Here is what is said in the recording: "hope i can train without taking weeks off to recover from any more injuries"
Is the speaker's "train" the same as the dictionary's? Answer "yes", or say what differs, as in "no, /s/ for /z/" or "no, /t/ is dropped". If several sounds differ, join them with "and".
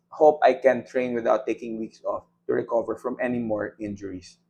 yes